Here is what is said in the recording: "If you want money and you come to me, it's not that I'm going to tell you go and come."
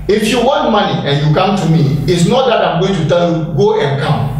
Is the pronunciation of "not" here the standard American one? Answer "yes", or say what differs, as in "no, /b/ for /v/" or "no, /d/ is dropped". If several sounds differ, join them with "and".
yes